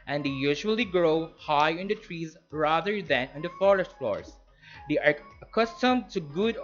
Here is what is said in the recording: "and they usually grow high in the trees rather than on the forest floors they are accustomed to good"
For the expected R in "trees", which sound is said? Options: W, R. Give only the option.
R